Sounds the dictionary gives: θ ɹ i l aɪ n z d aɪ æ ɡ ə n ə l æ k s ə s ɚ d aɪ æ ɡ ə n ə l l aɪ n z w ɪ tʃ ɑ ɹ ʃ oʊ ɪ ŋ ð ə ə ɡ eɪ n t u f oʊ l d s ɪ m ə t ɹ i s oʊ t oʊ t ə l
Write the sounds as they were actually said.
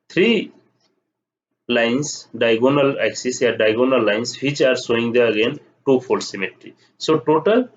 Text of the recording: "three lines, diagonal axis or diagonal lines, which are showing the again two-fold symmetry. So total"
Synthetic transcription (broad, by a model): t ɹ i l aɪ n s d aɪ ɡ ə n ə l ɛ k s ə s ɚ d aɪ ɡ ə n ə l l aɪ n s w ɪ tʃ ɑ ɹ s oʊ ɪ ŋ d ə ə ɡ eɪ n t u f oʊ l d s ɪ m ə t ɹ i s oʊ t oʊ t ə l